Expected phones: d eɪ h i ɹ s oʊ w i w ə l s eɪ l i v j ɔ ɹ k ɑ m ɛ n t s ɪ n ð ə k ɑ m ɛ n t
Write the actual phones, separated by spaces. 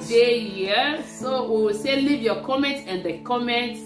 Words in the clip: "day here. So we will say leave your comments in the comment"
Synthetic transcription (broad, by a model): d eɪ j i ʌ s oʊ w i w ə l s eɪ l i v j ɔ k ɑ m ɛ n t ɪ n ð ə k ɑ m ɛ n t